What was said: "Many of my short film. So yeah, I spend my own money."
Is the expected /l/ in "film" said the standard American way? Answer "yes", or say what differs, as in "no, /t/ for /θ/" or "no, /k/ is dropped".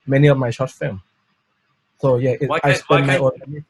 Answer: no, /l/ is dropped